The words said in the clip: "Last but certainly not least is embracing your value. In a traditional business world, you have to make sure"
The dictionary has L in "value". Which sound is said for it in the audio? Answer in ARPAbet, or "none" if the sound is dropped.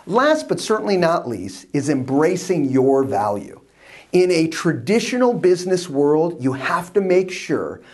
L